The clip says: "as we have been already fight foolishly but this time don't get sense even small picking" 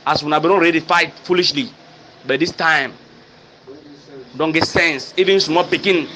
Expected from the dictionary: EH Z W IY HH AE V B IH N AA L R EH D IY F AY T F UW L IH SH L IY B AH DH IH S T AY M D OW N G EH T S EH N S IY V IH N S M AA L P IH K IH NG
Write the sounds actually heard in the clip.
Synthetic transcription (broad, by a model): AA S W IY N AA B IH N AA N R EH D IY F AY T F UW L IH SH L IY B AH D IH S T AY M D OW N G EH T S EH N S IY V IH N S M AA P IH K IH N